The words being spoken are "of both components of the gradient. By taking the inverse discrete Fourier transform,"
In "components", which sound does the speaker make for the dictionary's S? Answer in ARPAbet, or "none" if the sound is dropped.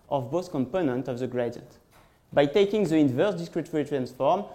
none